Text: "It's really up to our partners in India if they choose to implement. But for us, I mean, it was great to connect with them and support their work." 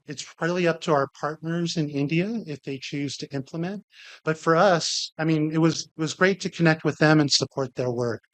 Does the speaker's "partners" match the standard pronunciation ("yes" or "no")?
yes